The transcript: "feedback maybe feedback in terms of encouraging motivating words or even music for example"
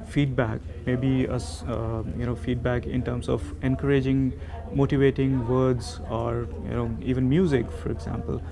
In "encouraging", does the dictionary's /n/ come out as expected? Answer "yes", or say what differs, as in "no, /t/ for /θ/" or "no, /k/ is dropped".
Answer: yes